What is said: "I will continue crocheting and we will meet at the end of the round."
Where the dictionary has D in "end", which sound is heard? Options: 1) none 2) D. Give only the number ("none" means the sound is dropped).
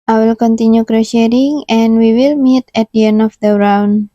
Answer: 1